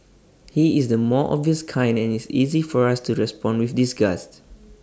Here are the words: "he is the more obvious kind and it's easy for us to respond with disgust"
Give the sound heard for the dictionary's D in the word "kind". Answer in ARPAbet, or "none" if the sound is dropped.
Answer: D